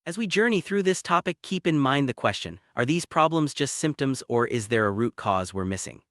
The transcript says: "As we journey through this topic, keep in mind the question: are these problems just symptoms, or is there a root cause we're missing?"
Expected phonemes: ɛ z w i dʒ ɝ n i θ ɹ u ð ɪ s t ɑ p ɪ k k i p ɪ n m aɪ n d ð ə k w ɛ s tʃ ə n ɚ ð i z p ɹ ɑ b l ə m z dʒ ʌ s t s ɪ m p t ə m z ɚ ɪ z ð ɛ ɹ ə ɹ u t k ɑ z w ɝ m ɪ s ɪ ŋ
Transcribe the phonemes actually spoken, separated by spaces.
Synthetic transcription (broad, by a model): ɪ z w i dʒ ɝ n i θ ɹ u ð ɪ s t ɑ p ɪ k k i p ɪ n m aɪ n ð ə k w ɛ s tʃ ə n ɚ ð i z p ɹ ɑ b l ə m z dʒ ʌ s t s ɪ m p t ə m z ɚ ɪ z ð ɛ ɹ ə ɹ u t k ɑ z w ɝ m ɪ s ɪ ŋ